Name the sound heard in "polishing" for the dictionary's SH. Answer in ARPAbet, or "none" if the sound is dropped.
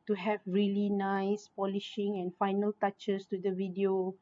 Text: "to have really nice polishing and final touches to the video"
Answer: SH